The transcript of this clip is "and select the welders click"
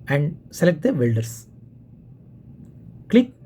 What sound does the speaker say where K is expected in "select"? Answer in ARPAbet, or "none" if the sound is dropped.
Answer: K